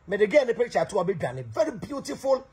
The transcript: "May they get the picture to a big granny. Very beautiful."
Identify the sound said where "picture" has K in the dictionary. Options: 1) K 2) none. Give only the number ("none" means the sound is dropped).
2